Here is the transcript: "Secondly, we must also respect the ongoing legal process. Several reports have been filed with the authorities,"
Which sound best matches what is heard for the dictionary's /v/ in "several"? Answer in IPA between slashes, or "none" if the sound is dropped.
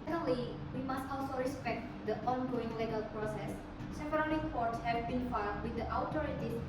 /p/